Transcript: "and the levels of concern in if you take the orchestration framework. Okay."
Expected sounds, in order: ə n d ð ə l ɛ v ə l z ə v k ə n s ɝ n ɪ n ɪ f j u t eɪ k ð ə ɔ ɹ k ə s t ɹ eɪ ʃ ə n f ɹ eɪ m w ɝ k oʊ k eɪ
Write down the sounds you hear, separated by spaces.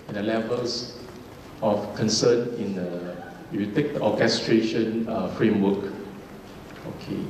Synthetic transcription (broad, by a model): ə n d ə l ɛ v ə l s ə f k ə n s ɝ n ɪ n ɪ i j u t eɪ k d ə ɔ k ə s t ɹ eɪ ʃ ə n f ɹ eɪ m w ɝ k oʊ k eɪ